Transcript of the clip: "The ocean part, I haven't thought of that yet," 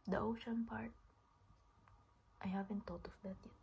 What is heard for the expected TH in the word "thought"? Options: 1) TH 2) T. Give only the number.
2